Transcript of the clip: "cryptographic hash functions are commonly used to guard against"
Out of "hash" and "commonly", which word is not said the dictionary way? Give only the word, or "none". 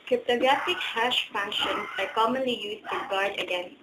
none